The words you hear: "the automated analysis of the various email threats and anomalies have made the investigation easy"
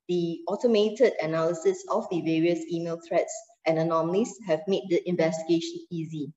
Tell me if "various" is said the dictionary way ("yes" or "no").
yes